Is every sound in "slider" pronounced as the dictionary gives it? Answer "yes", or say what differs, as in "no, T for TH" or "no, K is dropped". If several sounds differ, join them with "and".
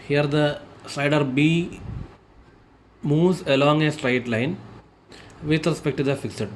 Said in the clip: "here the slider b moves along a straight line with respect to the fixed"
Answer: no, L is dropped